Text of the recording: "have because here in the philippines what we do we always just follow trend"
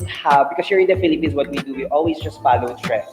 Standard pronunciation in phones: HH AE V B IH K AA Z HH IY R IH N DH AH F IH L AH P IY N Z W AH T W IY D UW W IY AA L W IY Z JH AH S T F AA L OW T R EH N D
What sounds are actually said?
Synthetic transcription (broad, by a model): HH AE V B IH K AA S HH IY R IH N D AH F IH L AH P IY N S W AH T W IY D UW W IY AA L W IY S JH AH S T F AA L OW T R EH